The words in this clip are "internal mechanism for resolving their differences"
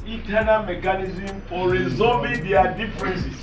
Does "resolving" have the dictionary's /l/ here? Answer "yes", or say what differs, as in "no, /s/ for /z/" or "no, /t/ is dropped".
no, /l/ is dropped